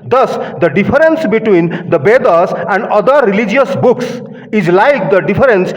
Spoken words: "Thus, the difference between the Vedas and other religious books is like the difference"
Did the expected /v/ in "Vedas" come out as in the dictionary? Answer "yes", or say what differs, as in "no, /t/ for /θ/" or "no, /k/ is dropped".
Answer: no, /b/ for /v/